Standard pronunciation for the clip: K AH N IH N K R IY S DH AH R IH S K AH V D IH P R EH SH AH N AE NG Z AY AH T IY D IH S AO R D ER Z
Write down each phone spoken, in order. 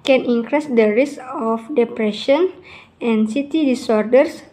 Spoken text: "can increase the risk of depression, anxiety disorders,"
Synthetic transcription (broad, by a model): K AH N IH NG K R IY S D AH R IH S AH F D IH P R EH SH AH N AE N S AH T IY D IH S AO R D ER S